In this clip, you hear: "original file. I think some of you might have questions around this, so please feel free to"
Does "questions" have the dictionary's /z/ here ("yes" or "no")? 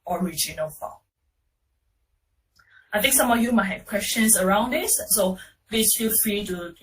no